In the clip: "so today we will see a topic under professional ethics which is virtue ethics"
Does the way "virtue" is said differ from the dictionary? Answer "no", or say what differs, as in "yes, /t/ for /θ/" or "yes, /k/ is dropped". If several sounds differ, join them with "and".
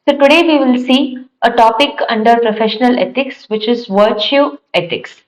no